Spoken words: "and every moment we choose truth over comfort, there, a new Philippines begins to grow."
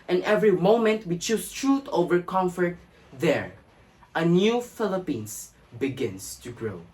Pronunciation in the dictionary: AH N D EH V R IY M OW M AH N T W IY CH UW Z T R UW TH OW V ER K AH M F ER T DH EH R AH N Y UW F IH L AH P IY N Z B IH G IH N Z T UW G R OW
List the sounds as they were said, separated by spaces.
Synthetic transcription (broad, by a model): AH N EH V R IY M OW M AH N T W IY CH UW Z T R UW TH OW V ER K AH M F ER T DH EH R AH N Y UW F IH L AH P IY N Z B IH G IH N S T UW G R OW